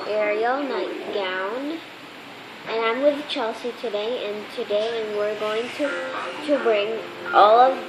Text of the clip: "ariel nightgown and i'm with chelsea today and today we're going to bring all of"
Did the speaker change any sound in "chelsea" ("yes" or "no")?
no